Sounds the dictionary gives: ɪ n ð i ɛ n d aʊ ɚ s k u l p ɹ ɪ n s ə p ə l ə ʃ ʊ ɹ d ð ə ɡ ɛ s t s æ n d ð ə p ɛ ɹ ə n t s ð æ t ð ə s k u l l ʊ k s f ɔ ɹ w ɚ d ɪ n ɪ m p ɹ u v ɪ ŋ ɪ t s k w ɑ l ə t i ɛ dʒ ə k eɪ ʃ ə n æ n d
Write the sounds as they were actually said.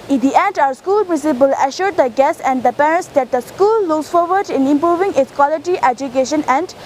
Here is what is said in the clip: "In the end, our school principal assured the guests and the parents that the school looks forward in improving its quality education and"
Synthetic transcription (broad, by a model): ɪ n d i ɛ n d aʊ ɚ s k u l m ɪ s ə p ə l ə ʃ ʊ ɹ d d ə ɡ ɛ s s æ n d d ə p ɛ ɹ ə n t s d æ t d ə s k u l l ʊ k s f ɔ ɹ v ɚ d ɪ n ɪ m p ɹ u v ɪ ŋ ɪ t s k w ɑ l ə t i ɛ dʒ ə k eɪ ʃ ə n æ n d